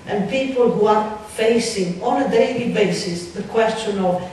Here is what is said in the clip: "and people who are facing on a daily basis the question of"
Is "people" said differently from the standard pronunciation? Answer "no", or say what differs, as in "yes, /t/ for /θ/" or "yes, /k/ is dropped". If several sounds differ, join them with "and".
no